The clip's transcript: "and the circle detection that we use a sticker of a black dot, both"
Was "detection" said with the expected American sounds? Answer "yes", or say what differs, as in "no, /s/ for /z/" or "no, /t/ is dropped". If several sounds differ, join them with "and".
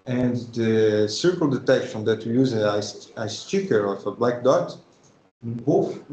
yes